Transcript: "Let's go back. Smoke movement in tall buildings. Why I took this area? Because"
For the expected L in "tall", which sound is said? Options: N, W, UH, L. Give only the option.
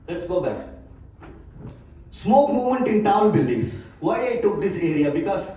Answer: N